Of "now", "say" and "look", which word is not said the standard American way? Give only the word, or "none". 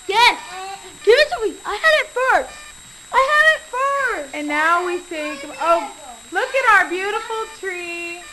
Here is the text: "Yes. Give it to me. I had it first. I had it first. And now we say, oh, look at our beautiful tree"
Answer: say